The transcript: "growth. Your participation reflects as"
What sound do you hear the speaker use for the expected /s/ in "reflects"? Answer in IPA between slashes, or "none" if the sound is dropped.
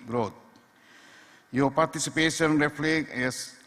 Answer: none